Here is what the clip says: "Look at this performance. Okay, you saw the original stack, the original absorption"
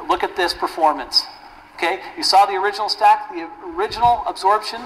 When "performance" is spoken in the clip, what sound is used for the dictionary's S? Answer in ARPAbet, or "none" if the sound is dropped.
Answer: S